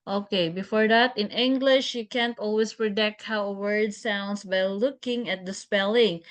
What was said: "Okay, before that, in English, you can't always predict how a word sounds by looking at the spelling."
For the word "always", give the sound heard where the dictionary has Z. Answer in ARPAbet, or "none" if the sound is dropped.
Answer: S